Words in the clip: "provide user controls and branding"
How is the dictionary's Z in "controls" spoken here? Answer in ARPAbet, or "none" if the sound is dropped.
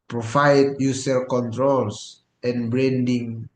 S